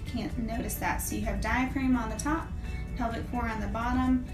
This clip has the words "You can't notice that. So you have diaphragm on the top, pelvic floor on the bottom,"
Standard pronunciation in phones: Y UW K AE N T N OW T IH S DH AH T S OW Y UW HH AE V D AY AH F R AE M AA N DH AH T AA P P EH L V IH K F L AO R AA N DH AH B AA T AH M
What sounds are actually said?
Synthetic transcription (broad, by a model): K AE N N OW T IH S DH AH T S OW Y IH V D AY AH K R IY M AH N DH AH T AA P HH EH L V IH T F AO R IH N DH AH B AA T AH M